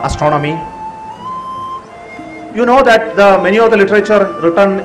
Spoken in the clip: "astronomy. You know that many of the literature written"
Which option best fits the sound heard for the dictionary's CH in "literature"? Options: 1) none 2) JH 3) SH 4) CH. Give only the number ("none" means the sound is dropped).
4